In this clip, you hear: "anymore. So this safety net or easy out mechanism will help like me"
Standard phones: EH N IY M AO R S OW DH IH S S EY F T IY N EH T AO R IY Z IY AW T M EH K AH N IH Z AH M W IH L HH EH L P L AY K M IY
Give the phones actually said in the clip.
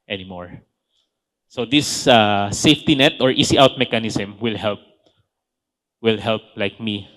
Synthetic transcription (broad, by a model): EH N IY M AO R S OW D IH S S EY F T IY N EH T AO R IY S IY AW T M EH K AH N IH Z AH M W IH L HH EH L P L AY K M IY